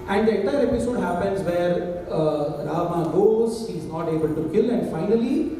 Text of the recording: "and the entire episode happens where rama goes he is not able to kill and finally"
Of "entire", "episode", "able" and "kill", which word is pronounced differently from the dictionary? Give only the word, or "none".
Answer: entire